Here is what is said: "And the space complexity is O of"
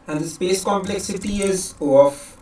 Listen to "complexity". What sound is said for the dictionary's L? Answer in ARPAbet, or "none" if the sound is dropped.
L